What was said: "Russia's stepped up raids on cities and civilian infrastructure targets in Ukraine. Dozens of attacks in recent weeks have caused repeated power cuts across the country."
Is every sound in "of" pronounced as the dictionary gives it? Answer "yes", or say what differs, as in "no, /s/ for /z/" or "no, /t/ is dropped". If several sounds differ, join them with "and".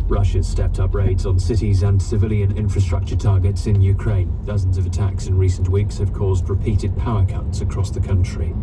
yes